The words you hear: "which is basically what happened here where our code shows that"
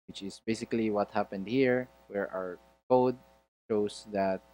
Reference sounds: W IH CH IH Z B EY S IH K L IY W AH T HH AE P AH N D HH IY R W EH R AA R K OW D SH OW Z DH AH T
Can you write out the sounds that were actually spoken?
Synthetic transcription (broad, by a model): W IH CH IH S B EY S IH K L IY W AH T HH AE P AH N D HH IY R W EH R AA R K OW D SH OW S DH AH T